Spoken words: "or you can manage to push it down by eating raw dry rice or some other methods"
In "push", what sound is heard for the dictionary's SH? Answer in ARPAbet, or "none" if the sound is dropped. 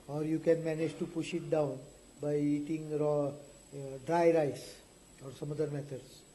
SH